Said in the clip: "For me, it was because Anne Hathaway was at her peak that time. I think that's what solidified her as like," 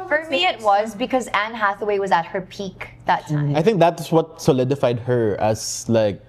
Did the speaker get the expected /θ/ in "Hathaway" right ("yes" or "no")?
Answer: yes